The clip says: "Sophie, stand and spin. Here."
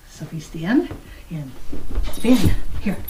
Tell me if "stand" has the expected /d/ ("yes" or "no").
no